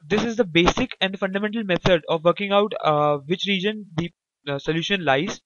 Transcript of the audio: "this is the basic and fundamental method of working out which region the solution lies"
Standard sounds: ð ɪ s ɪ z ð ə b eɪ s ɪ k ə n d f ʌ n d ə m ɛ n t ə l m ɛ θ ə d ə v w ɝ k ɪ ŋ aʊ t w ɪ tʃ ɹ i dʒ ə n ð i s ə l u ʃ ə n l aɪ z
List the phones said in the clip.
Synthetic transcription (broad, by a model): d ɪ s ɪ z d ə b eɪ s ɪ k ə n d f ʌ n d ə m ɛ n t ə l m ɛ t ə d ə v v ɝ k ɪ ŋ aʊ t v ɪ tʃ ɹ i dʒ ə n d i s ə l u ʃ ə n l aɪ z